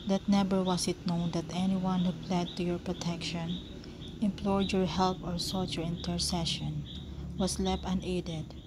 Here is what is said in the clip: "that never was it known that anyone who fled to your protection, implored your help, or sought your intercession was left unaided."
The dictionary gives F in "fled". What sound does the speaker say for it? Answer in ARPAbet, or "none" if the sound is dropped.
P